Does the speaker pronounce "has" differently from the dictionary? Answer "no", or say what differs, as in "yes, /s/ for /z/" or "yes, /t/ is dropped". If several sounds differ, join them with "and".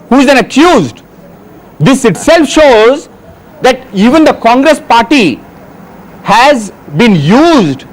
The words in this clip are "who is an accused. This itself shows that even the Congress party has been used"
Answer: no